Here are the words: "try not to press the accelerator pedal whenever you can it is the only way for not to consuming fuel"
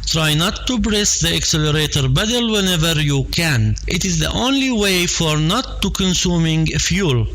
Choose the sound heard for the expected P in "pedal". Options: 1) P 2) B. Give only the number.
2